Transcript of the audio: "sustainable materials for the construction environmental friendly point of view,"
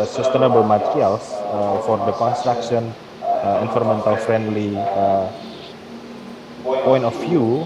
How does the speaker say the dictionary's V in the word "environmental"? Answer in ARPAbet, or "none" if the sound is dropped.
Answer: F